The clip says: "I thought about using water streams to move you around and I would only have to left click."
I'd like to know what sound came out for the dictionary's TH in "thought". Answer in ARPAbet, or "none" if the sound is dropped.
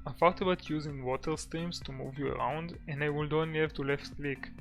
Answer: F